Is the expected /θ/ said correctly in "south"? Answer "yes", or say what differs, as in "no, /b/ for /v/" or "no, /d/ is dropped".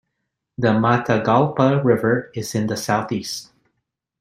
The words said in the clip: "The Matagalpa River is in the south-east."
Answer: yes